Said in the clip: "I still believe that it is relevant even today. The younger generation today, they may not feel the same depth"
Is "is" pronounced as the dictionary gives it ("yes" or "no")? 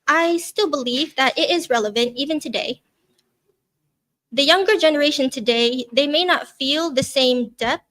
yes